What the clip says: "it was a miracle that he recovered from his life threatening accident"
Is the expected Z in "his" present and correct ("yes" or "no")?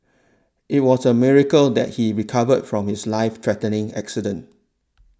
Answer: no